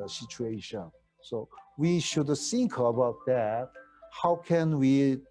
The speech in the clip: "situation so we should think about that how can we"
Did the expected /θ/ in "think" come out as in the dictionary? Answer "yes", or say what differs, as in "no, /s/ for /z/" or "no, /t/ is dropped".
no, /s/ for /θ/